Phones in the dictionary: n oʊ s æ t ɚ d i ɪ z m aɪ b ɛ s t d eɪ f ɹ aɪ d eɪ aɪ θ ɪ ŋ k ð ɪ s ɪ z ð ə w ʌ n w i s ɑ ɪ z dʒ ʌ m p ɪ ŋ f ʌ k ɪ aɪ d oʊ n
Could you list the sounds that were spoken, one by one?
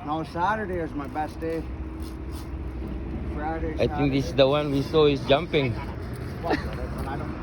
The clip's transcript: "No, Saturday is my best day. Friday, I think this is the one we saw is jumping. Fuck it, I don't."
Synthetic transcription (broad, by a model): n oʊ s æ t ɚ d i ɪ z m aɪ b ɛ s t d eɪ f ɹ aɪ d eɪ aɪ t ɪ ŋ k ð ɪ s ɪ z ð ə w ʌ n w i s ɑ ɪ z dʒ ʌ m p ɪ ŋ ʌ ɪ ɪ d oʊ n